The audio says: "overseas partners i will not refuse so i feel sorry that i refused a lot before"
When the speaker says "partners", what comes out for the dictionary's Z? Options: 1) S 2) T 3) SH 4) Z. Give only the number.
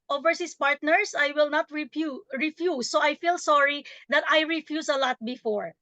1